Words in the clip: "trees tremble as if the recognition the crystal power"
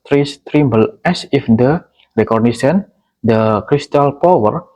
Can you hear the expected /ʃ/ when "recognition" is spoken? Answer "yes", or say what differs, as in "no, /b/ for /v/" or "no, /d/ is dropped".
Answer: no, /s/ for /ʃ/